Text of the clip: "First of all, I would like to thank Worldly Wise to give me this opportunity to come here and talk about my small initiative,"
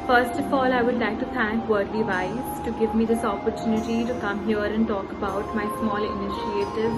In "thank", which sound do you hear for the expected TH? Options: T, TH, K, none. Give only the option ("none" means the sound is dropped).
T